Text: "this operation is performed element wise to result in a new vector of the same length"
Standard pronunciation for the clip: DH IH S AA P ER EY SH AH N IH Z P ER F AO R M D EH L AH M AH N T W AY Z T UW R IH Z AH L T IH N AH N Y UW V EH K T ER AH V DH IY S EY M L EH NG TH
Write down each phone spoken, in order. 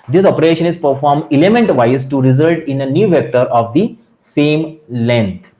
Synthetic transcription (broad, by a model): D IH S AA P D EY SH AH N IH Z P ER F AO R M D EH L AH M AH N T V AY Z T UW R IH Z AH L T IH N AH N Y UW V EH K T ER AH V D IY S EY M L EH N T